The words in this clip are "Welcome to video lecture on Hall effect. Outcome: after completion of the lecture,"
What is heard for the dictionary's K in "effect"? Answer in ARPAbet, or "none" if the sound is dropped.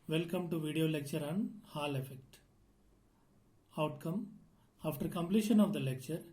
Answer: K